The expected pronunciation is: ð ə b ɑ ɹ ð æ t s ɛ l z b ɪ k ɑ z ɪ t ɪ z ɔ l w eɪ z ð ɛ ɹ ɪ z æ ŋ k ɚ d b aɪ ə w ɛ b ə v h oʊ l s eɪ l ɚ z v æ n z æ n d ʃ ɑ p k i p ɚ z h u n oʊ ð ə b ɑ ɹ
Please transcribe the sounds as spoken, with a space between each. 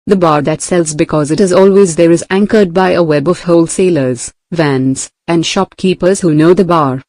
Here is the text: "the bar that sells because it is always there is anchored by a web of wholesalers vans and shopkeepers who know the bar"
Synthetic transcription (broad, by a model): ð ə b ɑ ɹ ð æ t s ɛ l z b ɪ k ɑ z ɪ t ɪ z ɔ l w eɪ z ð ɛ ɹ ɪ z æ ŋ k ɚ d b aɪ ə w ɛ b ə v h oʊ l s eɪ l ɚ z v æ n z æ n d ʃ ɑ p k i p ɚ z h u n oʊ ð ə b ɑ ɹ